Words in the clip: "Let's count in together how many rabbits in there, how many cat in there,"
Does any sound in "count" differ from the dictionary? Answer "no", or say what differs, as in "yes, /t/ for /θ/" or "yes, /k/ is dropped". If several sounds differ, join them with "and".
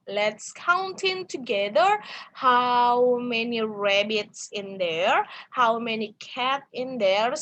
no